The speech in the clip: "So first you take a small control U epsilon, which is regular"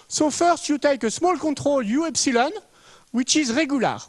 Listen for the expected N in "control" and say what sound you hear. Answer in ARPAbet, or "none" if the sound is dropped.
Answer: none